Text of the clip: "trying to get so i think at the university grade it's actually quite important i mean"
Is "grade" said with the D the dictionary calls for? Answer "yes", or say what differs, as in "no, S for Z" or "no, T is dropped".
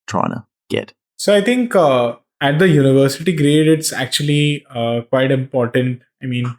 yes